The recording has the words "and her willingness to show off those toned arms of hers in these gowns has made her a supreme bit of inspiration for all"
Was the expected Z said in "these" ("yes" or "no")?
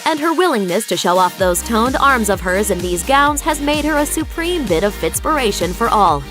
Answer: yes